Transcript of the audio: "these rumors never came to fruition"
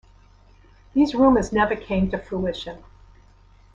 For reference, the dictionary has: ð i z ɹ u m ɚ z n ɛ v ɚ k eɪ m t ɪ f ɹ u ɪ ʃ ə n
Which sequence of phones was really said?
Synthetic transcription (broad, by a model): ð i z ɹ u m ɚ z n ɛ v ɚ k eɪ m t ɪ f u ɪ ʃ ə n